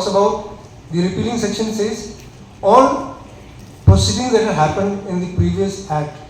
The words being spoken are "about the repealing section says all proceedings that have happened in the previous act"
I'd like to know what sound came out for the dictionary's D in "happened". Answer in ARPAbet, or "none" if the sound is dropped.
D